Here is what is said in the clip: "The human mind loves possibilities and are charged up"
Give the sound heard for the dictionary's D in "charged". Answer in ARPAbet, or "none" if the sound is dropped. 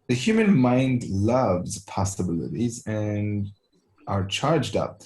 D